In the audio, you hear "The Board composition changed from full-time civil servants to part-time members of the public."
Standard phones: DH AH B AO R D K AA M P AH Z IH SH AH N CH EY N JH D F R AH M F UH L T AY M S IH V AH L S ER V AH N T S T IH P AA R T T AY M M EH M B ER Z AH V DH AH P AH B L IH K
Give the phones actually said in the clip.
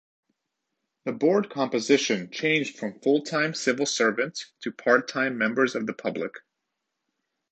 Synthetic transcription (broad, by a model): DH AH B AO R D K AA M P AH Z IH SH AH N CH EY N JH D F R AH M F UH L T AY M S IH V L S ER V AH N T S T IH P AA R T T AY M M EH M B ER Z AH V DH AH P AH B L IH K